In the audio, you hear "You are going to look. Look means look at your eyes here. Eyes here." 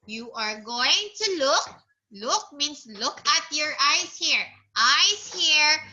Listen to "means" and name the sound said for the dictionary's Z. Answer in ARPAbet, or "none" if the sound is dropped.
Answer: S